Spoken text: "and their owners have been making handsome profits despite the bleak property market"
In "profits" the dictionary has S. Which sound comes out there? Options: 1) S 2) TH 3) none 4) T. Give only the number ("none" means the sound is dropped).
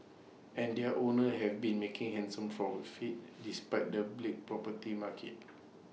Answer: 3